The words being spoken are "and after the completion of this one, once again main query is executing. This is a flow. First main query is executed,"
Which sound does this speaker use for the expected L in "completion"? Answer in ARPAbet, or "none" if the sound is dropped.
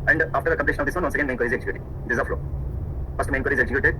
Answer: N